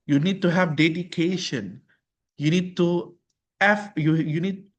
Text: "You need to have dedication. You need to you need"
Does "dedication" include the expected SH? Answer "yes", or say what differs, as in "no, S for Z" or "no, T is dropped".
yes